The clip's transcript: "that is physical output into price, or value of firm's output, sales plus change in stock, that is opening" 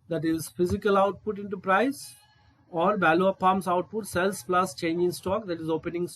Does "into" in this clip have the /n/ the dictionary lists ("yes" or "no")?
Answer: yes